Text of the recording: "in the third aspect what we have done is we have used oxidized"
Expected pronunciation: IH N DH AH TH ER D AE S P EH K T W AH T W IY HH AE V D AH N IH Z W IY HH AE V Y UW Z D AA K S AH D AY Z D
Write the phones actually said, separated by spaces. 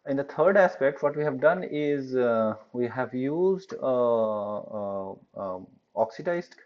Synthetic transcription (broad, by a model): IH N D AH T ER D AE S P EH K T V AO T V IY HH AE V D AH N IH Z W IY HH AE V Y UW Z D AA K S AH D AY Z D